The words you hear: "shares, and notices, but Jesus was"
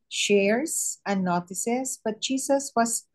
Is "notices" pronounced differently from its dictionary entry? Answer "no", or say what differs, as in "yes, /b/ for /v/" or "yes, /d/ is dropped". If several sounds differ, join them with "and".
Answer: yes, /s/ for /z/